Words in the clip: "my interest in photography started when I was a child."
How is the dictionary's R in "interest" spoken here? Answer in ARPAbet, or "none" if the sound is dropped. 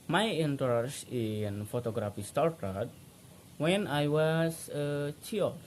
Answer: none